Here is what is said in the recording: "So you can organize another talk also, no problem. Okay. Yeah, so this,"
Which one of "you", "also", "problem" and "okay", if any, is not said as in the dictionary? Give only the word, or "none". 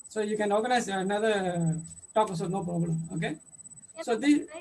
also